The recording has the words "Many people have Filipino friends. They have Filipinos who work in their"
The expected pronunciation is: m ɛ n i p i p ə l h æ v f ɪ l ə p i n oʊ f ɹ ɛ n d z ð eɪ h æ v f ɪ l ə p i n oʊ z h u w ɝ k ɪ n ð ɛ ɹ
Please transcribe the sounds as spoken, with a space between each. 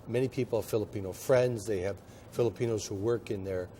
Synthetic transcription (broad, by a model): m ɛ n i p i p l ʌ f ɪ l ə p i n oʊ f ɹ ɛ n d z ð eɪ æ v f ɪ l ə p i n oʊ z h u w ɝ k ɪ n ð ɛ ɹ